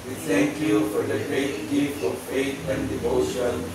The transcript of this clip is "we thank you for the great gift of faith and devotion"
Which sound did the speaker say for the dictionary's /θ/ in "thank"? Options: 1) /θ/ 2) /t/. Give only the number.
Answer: 2